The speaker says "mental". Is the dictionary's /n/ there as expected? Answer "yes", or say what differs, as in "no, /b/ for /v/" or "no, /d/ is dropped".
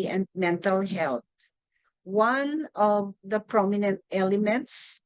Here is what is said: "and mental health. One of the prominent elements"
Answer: yes